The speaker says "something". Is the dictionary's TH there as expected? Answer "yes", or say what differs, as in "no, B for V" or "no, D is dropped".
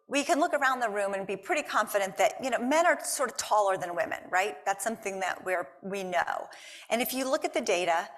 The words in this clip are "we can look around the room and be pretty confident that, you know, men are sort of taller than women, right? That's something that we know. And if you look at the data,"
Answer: yes